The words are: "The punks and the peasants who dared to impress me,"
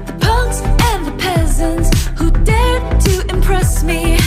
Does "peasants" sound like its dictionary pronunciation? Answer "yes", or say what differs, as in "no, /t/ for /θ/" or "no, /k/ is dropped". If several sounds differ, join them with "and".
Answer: yes